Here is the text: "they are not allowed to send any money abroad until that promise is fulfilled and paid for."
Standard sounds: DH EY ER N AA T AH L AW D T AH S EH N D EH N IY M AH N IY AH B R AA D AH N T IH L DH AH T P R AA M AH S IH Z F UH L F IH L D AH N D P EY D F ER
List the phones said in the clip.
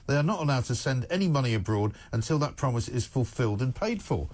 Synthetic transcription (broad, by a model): DH EY ER N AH T AH L AW D T AH S EH N D EH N IY M AH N IY AH B R AA D AH N T IH L DH AH T P R AA M AH S IH Z F UH L F IH L D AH N P EY D F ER